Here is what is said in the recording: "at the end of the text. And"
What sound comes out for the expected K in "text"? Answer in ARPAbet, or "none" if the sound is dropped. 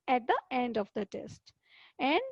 none